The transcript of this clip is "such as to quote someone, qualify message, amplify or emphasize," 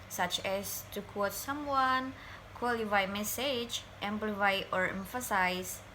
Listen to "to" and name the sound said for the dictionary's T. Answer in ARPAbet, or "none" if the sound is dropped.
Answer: T